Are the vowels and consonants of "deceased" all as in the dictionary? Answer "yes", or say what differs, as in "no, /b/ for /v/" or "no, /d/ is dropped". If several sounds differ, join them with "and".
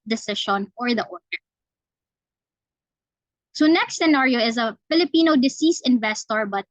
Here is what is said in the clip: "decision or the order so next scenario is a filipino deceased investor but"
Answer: no, /t/ is dropped